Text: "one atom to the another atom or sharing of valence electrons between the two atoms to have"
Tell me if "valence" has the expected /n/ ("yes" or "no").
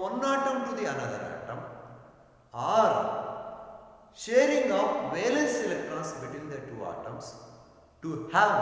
yes